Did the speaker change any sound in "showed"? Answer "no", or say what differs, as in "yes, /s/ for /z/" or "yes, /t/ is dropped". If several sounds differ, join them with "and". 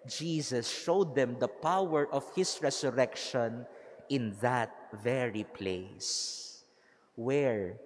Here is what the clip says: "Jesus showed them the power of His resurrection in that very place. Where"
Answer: no